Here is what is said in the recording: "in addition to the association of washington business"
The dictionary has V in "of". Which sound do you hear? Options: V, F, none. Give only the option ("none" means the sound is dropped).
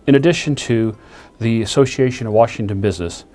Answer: V